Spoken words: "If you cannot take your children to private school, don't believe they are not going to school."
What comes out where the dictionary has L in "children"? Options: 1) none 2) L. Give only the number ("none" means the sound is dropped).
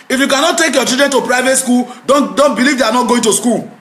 1